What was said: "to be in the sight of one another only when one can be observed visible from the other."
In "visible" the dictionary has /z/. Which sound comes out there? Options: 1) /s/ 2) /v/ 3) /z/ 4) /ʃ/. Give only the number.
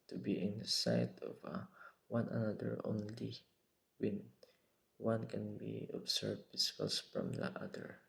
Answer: 1